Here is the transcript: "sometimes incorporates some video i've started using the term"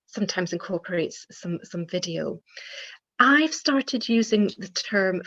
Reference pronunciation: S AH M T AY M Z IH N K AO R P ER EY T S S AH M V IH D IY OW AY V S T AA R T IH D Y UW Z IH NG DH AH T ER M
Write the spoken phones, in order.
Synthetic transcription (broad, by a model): S AH M T AY M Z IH N K AO R P ER EY T S S AH M V IH D IY OW AY V S T AA R T IH D Y UW Z IH NG DH AH T ER M